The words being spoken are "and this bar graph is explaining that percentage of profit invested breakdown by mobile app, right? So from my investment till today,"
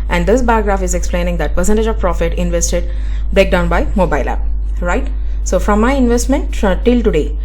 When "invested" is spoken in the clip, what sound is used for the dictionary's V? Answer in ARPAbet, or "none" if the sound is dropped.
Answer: V